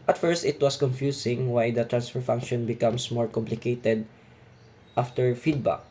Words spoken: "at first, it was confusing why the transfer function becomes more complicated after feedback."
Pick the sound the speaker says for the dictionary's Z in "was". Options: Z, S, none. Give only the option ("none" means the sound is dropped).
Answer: S